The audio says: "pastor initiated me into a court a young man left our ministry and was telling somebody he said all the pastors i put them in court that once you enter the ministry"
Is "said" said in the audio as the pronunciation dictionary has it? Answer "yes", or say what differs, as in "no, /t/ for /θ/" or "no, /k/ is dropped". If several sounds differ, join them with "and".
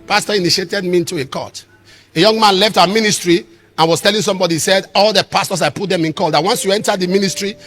yes